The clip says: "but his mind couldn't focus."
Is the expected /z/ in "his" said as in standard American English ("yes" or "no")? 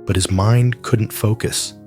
yes